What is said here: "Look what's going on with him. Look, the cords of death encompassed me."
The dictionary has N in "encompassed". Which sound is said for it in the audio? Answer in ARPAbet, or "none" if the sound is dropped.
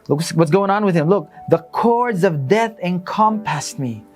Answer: N